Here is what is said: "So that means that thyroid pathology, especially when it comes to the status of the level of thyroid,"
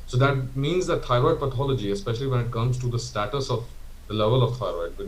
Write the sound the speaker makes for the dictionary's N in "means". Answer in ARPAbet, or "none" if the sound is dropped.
N